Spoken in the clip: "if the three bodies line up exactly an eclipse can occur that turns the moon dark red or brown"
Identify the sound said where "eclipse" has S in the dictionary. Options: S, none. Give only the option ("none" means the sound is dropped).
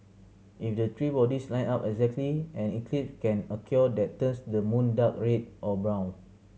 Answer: none